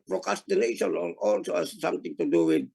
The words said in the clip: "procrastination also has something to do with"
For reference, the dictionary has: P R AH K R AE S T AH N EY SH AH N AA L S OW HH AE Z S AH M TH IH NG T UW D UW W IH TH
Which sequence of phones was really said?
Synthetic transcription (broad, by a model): P R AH K R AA S T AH N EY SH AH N AA L S OW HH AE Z S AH M T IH NG T UW D UW W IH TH